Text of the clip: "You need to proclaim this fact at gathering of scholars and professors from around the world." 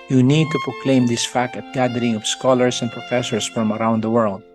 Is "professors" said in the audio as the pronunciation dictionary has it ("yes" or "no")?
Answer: no